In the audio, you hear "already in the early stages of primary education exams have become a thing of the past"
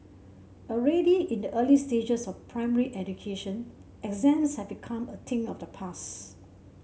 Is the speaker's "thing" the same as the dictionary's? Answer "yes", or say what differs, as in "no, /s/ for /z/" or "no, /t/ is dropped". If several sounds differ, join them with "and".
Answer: no, /t/ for /θ/